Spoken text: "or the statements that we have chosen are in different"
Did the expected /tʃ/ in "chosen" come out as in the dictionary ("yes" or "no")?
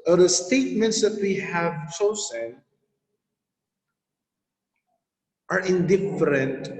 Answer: no